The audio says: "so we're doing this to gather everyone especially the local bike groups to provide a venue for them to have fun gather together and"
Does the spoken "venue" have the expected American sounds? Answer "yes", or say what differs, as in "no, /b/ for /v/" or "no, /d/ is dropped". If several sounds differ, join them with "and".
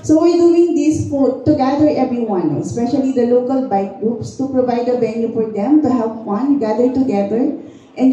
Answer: no, /b/ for /v/